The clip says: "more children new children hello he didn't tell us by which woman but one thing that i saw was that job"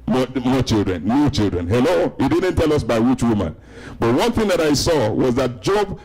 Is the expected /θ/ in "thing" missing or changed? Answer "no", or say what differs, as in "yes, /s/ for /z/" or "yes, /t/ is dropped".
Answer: no